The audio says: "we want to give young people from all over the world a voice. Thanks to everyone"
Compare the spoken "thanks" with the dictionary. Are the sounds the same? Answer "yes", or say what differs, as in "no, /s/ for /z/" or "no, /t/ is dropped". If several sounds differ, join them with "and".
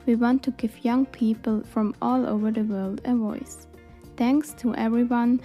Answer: yes